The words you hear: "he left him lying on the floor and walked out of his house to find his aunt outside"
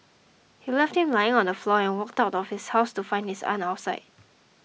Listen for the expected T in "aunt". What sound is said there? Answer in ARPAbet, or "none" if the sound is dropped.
none